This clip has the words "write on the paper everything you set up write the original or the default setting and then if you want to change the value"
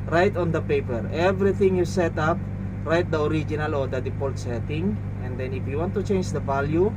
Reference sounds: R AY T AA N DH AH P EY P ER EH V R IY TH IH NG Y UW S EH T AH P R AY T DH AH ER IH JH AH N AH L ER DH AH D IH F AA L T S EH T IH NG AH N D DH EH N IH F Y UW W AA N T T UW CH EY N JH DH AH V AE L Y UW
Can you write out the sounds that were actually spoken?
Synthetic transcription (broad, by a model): R AY T AA N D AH P EY P ER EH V R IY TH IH NG Y UW S EH T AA P R AY T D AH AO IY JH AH N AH L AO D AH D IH P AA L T S EH T IH NG AH N D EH N IH F Y UW W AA N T T UW CH EY N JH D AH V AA L Y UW